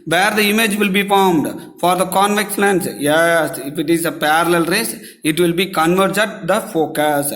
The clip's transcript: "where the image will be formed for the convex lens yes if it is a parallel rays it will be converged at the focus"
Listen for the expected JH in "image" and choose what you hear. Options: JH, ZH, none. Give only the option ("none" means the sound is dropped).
JH